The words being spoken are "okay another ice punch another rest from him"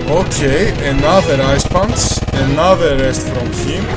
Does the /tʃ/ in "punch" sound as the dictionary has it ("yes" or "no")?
no